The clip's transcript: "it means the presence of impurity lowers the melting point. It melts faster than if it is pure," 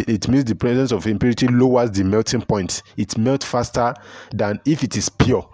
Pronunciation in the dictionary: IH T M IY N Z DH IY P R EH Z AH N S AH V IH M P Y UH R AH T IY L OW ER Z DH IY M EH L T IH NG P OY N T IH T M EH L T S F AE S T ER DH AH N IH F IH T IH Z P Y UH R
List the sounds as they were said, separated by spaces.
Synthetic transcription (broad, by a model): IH T M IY N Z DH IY P R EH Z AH N S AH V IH M P Y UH R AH T IY L OW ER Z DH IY M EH L T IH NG P OY N T IH T M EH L T F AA S T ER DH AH N IH F IH T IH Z P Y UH